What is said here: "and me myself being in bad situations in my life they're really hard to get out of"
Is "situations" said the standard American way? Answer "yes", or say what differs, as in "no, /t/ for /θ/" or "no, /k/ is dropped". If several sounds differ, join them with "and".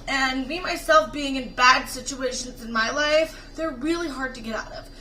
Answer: yes